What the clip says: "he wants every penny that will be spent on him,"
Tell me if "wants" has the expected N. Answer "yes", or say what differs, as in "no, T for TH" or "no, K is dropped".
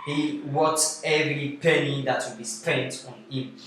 no, N is dropped